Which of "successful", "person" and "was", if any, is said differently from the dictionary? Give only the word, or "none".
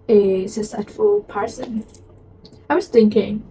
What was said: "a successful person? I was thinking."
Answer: successful